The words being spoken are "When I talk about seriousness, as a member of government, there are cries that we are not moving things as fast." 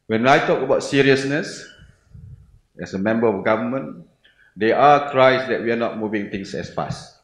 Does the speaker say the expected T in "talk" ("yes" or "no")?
yes